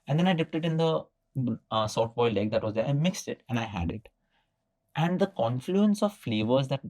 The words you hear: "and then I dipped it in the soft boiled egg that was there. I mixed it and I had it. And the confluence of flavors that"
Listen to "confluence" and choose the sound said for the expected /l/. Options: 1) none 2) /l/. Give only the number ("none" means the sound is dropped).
2